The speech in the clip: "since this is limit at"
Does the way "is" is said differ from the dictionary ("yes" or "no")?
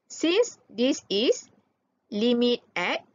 yes